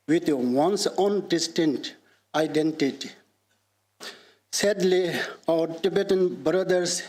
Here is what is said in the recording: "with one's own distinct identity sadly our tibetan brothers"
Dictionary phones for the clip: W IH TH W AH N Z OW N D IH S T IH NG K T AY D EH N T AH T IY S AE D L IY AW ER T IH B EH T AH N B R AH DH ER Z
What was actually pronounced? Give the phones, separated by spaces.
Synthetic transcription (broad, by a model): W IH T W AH N S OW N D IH S T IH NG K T AY D EH N T AH T IY S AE D L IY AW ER T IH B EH T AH N B R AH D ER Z